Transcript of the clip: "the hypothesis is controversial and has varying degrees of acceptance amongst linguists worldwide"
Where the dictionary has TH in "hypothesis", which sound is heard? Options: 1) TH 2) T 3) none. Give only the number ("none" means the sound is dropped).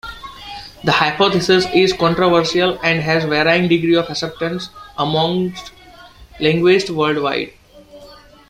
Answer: 2